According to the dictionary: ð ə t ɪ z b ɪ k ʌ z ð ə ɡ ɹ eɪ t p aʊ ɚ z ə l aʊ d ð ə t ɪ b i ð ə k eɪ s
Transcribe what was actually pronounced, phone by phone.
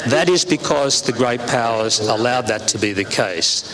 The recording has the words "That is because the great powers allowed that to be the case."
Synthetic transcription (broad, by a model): ð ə t ɪ z b ɪ k ʌ z ð ə ɡ ɹ eɪ t p aʊ ɚ z ə l aʊ d ð ə t ɪ b i ð ə k eɪ s